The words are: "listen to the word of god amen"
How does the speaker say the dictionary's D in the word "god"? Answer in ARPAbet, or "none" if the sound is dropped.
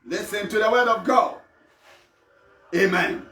none